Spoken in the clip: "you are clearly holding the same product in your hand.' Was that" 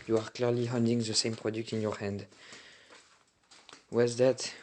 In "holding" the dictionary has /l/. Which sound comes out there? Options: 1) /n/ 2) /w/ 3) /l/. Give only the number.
1